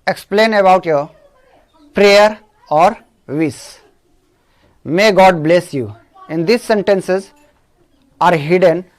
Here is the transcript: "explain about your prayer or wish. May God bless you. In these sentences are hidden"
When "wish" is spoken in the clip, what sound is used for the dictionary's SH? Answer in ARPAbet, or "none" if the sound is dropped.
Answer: S